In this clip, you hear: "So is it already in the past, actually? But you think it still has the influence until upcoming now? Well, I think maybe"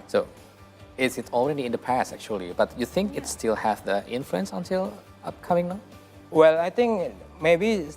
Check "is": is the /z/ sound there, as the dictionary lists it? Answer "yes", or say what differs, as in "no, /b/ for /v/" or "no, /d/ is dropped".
no, /s/ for /z/